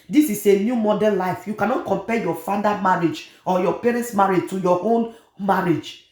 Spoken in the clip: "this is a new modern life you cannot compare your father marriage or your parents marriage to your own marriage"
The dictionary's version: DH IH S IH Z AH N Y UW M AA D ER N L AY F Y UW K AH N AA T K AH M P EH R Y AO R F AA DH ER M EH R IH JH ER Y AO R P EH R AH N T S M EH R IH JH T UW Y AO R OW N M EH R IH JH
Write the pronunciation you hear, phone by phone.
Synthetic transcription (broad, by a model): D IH S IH S AH N Y UW M AA D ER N L AY F Y UW K AH N AA T K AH M P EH Y AO F AA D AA M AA R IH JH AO Y AO P EH R AH N T S M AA R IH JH T UW Y AO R OW N M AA R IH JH